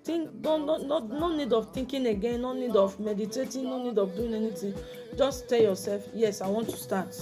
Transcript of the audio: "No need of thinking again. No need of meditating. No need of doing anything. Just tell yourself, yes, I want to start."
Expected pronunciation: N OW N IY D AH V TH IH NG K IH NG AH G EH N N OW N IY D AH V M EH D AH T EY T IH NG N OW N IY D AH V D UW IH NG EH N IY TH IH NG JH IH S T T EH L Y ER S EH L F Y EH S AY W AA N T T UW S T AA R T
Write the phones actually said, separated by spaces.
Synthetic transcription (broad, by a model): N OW N IY D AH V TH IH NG K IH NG AH G EH N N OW N IY D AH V M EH D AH T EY T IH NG N OW N IY D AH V D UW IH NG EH N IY T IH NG JH IH S T T EH L Y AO S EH L F Y EH S AY W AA N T T UW S T AA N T